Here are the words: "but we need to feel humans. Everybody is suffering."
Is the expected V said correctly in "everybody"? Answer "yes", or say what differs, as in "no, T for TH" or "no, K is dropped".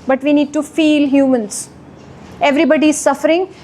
yes